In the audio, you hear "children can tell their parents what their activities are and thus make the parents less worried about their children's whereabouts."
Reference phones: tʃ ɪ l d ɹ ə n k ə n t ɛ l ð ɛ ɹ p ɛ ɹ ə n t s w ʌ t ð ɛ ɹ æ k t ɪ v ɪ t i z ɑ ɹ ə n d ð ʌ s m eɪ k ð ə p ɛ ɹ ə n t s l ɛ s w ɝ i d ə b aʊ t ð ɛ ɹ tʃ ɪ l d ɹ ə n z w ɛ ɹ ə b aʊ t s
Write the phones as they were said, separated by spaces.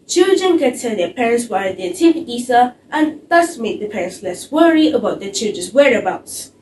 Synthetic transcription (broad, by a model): tʃ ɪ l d ɹ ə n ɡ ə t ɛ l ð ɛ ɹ p ɛ ɹ ə n t s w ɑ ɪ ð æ t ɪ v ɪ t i s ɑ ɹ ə n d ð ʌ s m eɪ k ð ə p ɛ ɹ ə n t s l ɛ s w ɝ i ə b aʊ t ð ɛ tʃ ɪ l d ɹ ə n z w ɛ ɹ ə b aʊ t s